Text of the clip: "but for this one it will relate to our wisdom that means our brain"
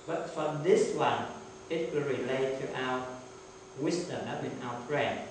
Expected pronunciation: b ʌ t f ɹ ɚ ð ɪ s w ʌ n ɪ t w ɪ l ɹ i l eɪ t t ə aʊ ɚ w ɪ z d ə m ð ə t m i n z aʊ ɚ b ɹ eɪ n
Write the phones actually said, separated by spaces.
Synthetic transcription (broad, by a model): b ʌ t f ɹ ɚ ð ɪ s w ʌ n ɪ t w ɪ l ɹ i l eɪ t t ə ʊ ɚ w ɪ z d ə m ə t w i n aʊ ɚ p ɹ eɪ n